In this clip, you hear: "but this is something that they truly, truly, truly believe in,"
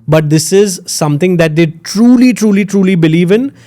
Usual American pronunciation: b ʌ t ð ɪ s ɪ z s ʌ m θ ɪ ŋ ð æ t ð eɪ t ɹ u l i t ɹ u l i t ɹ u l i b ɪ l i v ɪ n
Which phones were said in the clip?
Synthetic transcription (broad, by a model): b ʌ t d ɪ s ɪ z s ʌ m t ɪ ŋ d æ t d eɪ t ɹ u l i t ɹ u l i t ɹ u l i b ɪ l i v ɪ n